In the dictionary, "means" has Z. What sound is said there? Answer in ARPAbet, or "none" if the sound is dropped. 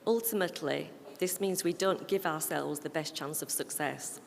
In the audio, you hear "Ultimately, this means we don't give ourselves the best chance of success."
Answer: Z